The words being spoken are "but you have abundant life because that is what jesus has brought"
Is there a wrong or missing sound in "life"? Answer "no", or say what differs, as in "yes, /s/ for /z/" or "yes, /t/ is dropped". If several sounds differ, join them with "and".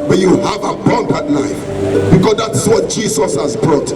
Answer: yes, /n/ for /l/